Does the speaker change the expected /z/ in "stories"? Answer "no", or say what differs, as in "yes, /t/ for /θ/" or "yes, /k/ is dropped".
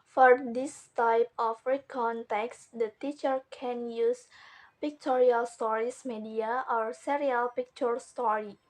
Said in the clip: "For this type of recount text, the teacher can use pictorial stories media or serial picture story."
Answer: yes, /s/ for /z/